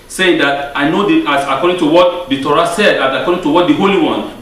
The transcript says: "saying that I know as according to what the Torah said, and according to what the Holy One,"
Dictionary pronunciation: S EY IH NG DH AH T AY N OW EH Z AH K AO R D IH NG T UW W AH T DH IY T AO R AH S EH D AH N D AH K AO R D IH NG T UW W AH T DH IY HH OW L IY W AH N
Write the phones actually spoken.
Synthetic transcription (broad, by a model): S EY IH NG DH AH T AY N OW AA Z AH K AO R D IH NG T UW W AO T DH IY T AO R AH S EH D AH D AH K AO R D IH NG T UW W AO T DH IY HH OW L IY W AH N